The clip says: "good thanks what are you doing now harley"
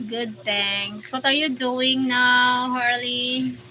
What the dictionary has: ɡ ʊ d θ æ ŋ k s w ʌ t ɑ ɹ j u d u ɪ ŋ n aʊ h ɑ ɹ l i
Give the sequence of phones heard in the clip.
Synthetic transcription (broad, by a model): ɡ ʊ d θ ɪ ŋ s w ʌ t ɑ ɹ j u d u ɪ ŋ n aʊ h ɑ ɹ l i